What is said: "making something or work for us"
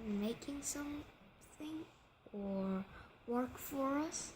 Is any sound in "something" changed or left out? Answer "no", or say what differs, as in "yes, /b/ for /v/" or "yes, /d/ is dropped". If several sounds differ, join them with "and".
no